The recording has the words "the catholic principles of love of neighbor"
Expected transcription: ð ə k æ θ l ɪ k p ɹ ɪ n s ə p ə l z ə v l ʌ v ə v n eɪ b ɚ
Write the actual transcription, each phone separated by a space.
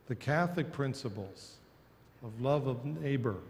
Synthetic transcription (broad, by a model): ð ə k æ θ l ɪ k p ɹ ɪ n s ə p l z ə v l ʌ v ə v n eɪ b ɚ